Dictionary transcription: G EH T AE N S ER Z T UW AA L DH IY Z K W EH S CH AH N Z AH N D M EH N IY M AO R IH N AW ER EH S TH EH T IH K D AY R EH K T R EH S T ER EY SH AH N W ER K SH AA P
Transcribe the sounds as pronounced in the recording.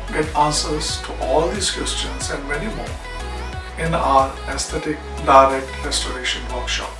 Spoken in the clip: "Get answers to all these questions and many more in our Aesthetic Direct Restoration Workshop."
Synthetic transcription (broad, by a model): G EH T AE N S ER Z T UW AA L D IY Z K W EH S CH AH N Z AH N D M EH N IY M AO R IH N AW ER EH S T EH T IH K D AY R EH K T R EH S T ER EY SH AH N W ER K SH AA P